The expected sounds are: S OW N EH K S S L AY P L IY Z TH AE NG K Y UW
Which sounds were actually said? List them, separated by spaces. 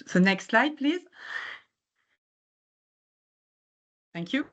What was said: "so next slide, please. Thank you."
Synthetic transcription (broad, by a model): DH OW N EH K S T L AY P L IY Z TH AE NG K Y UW